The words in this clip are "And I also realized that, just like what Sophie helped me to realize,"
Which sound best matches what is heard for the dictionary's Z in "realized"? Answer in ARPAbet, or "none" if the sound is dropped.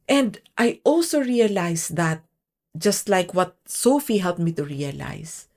S